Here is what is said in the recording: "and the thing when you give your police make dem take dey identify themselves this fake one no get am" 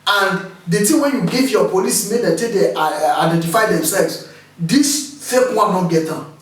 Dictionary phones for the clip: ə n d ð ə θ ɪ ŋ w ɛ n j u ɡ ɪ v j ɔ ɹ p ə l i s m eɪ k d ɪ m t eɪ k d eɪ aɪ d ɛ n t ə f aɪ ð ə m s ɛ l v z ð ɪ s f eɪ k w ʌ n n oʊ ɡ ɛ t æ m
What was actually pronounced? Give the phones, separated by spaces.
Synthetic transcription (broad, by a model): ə n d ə t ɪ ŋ w ɛ n j u ɡ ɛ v j ɔ p ə l i s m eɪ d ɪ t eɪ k d eɪ aɪ d ɛ n t ə f aɪ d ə m s ɛ l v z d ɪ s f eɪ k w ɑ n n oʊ ɡ ɛ t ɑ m